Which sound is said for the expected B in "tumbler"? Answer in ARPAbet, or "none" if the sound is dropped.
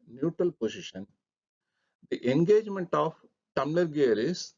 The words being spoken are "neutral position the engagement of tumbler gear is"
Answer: none